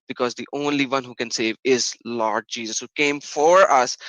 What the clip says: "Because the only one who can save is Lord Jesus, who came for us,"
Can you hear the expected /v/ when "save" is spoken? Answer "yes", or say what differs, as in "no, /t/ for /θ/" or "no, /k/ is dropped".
yes